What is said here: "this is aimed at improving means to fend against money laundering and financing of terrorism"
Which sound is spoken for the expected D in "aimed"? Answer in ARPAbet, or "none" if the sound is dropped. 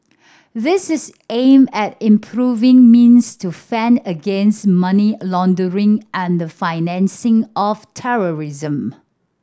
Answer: none